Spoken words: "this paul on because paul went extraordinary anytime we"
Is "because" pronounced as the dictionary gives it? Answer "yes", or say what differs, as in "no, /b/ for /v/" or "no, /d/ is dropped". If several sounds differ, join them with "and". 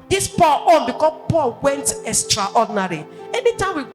no, /z/ is dropped